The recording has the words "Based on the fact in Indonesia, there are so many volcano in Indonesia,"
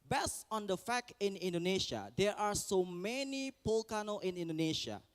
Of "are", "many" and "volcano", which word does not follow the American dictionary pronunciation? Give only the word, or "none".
volcano